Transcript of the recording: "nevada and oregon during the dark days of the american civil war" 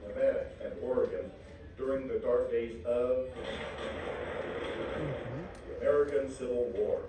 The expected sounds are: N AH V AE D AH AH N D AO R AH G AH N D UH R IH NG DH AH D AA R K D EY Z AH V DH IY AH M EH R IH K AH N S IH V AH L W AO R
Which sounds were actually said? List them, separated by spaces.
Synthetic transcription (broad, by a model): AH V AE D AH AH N AO R AH G AH N D UH R IH NG DH AH D AA R K D EY Z AH V DH IY AH M EH R IH K AH N S IH V L W AO R